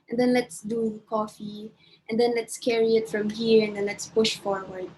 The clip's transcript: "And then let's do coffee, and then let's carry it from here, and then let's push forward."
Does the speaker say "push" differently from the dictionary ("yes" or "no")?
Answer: no